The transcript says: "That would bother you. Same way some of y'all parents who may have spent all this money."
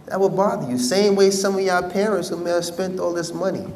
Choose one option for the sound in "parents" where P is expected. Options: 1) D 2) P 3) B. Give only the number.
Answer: 2